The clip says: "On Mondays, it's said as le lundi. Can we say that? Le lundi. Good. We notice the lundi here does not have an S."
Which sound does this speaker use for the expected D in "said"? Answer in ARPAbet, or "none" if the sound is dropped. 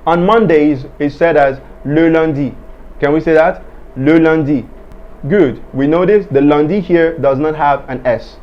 D